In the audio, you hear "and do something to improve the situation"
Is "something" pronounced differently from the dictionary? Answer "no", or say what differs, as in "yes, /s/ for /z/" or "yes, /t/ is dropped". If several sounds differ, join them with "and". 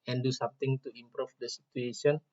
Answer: yes, /t/ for /θ/